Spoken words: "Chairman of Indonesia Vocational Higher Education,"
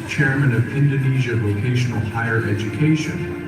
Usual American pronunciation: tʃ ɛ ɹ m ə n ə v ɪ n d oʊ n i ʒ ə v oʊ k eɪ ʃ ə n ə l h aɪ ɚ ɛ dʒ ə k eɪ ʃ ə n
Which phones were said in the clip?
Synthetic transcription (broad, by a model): tʃ ɛ ɹ m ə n ə v ɪ n d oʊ n i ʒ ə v oʊ k eɪ ʃ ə n l h aɪ ɚ ɛ dʒ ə k eɪ ʃ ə n